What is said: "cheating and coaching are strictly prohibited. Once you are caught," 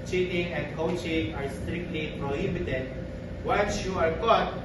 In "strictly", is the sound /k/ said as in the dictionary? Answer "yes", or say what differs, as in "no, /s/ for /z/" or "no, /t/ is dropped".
yes